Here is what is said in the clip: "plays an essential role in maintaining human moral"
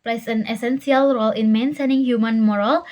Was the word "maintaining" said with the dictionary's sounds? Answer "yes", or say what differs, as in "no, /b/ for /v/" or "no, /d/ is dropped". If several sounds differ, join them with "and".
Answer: no, /s/ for /t/